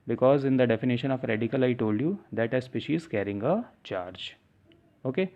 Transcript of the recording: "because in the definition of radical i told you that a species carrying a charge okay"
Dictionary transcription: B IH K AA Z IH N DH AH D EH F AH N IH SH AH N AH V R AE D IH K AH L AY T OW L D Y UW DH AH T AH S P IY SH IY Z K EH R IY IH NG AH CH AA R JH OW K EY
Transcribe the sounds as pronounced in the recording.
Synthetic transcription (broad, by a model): B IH K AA Z IH N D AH D EH F AH N IH SH AH N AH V R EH D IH K AH L AY T OW L D Y UW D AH T AH S P IY SH IY Z K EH R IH NG AH CH AA R JH OW K EY